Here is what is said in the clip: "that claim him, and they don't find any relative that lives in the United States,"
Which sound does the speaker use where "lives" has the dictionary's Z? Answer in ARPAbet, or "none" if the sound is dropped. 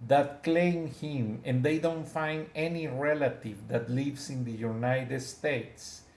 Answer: S